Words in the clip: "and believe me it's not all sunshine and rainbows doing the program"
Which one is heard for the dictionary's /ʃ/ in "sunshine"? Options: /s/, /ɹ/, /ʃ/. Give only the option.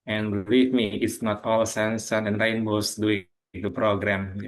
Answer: /s/